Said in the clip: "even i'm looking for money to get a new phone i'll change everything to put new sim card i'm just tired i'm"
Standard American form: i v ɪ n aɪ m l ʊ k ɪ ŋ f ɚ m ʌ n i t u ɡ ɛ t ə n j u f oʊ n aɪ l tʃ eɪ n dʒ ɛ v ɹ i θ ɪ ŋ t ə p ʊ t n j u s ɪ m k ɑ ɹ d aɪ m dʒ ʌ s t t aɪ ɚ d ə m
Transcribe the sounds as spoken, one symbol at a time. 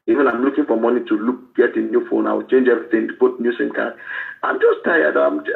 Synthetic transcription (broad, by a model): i v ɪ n aɪ m l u k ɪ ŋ f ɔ m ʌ n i t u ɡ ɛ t ə n j u f oʊ n aɪ w tʃ eɪ n dʒ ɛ v ɹ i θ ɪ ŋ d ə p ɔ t n j u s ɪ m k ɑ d aɪ m dʒ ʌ s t t aɪ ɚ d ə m